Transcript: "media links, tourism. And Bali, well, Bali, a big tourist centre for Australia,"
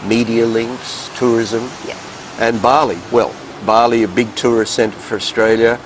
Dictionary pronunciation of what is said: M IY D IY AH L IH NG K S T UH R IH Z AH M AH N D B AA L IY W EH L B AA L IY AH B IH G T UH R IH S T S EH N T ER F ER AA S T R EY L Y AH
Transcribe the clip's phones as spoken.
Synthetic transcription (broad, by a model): M IY D IY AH L IH NG K S T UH R IH Z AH M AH N B AA L IY W EH L B AA L IY AH B IH G T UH R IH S S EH N T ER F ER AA S T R EY L Y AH